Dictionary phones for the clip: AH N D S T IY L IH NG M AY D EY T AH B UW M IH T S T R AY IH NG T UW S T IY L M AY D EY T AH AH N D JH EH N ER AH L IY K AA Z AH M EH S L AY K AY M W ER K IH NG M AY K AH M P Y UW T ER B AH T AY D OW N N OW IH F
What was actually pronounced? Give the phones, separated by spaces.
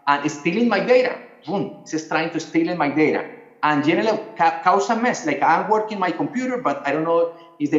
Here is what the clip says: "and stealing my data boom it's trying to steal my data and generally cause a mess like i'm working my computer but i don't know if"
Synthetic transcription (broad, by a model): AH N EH S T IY L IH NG M AY D EY T AH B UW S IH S T R AY IH NG T UW S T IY L M AY D EY T AH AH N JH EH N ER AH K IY K AA S AH M EH S L AY K AY M W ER K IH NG M AY K AH M P Y UW T ER B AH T AY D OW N N OW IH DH